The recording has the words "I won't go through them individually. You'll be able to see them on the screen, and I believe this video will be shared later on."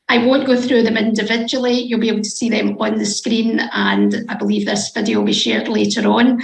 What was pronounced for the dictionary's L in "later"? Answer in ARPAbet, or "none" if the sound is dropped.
L